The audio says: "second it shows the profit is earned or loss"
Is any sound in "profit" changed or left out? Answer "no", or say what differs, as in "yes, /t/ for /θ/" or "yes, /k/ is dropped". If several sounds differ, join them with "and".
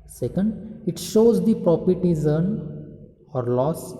yes, /p/ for /f/